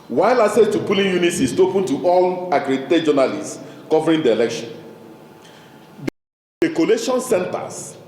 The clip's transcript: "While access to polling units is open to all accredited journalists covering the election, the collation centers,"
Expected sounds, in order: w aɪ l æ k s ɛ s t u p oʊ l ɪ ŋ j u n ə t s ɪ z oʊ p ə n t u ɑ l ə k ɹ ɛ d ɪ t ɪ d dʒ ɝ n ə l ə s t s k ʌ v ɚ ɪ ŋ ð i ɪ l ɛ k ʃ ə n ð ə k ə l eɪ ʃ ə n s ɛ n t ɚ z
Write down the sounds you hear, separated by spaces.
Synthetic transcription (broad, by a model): w aɪ l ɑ s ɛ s t u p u l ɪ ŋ j u n ə t s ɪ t oʊ p ə n t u ɑ l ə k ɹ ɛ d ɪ t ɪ dʒ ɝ n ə l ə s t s k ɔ v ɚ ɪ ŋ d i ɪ l ɛ k ʃ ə n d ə k ə l eɪ ʃ ə n s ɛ n t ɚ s